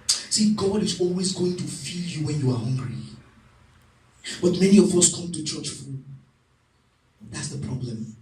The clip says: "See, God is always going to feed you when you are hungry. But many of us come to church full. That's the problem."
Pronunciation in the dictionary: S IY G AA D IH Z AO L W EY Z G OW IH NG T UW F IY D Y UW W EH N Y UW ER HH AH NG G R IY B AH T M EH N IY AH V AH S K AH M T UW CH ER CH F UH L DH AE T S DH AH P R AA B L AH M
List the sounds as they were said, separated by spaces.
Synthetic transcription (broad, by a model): S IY G AA D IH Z AO L W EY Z G OW IH NG T UW F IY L Y UW W EH N Y UW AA HH AH NG G R IY B AH T M EH N IY AH V AH S K AH M T UW CH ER CH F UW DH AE T S DH AH P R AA B L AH M